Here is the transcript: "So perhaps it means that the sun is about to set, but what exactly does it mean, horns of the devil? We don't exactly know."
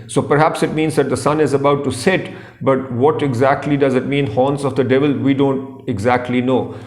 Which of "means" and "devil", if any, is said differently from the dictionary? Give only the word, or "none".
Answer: none